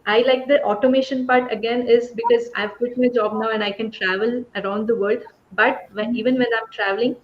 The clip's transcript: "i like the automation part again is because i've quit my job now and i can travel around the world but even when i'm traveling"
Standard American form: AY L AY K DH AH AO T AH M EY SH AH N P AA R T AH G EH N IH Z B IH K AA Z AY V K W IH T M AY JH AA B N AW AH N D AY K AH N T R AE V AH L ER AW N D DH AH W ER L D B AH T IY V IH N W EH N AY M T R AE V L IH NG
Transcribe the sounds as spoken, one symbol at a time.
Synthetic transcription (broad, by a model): AY L AY K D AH AO T AH M EY SH AH N P AA R T AH G EH N IH Z B IH K AA Z AY V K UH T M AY JH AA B N AW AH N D AY K AH N T R AE V AH L ER AW N D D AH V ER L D B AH T IY V IH N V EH N AY M T R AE V L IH NG